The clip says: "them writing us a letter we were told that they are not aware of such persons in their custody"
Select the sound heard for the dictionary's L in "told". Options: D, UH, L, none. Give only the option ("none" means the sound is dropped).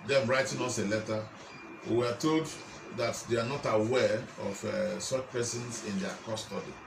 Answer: L